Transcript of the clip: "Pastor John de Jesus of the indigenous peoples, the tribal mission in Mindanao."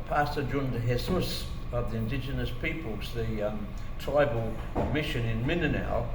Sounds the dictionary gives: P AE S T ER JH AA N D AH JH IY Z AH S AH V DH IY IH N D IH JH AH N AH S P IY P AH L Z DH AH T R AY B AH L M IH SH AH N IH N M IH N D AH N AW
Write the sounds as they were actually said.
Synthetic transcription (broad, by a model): P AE S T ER JH AA N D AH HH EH S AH S AH V DH IY IH N D IH JH AH N AH S P IY P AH L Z DH AH T R AY B AH L M IH SH AH N IH N M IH N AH N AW